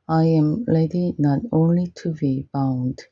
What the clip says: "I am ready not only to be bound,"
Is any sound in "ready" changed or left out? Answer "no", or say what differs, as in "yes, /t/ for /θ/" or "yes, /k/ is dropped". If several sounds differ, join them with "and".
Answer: yes, /l/ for /ɹ/